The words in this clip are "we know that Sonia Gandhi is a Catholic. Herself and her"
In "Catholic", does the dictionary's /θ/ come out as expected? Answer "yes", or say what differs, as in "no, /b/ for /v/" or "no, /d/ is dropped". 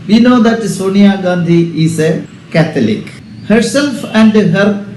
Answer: no, /t/ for /θ/